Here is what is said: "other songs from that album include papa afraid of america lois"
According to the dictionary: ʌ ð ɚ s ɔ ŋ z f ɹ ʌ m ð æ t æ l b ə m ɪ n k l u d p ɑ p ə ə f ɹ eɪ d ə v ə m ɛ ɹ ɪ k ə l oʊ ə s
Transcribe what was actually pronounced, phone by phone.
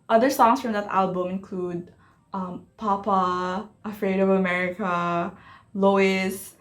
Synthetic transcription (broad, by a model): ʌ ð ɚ s ɔ ŋ s f ɹ ʌ m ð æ t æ l b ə m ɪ n k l u d p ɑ p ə ə f ɹ eɪ d ə v ə m ɛ ɹ ɪ k ə l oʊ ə s